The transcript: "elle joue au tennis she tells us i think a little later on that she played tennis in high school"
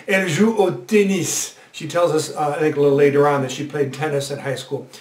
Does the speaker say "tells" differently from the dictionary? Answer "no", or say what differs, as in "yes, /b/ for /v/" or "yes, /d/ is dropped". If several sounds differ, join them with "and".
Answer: no